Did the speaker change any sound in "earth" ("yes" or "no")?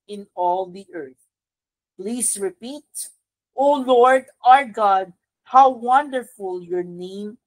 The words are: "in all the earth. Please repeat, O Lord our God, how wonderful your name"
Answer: no